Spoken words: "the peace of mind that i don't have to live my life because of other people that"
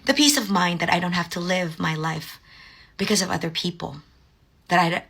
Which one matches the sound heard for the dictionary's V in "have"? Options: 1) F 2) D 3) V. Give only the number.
1